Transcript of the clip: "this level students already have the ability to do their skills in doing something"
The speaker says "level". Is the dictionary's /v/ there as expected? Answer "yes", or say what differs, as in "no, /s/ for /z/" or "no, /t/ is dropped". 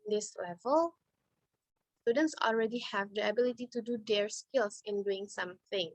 yes